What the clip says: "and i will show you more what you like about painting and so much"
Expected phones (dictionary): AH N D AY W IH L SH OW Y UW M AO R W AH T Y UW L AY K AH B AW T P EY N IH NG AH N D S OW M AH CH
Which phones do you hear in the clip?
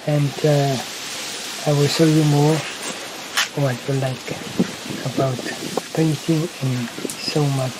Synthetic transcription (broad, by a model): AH N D AY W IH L S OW Y UW M AO R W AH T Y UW L AY K AH B AW T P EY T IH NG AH N S OW M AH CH